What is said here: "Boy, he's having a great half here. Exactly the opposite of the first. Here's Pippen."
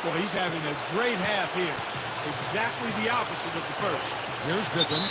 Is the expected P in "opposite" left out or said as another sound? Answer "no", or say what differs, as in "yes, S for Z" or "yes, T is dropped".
no